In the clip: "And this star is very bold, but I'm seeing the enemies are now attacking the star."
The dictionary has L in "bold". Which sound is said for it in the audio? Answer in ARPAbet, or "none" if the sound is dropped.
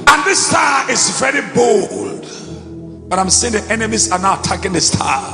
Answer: L